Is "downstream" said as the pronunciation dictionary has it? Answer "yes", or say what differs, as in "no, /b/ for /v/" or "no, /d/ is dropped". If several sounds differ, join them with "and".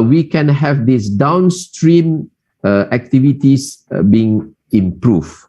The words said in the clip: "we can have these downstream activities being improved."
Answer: yes